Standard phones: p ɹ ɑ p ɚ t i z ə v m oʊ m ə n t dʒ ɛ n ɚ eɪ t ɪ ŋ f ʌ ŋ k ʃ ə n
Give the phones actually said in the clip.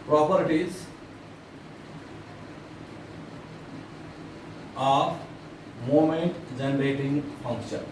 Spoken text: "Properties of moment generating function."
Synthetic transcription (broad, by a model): p ɹ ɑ p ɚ t i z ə p m oʊ m ə n t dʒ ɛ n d eɪ t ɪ ŋ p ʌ ŋ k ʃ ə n